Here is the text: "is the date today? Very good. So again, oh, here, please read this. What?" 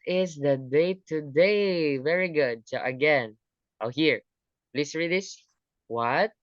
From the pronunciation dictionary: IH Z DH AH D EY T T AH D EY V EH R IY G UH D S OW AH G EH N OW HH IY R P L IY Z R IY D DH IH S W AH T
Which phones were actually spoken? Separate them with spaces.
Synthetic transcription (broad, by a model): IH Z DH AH D EY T T AH D EY V EH R IY G UH D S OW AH G EH N OW HH IY R P L IY S R IY D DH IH S W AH T